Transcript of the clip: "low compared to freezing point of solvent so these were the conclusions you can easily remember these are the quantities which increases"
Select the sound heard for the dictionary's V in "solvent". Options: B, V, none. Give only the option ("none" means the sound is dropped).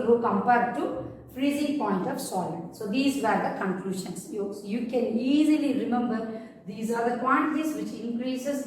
none